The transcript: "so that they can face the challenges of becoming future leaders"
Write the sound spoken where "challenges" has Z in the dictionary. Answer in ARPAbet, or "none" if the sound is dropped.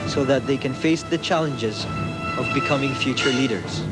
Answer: Z